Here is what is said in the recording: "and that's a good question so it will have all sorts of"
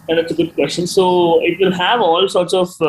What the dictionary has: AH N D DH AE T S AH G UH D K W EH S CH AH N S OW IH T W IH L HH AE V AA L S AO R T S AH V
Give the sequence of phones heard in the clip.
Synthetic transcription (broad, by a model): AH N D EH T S AH G UH D K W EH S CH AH N S OW IH T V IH L HH AE V AA L S AO R T S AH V